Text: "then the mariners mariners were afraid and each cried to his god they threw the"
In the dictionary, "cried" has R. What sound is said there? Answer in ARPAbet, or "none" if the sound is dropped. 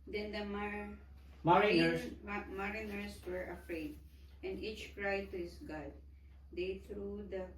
R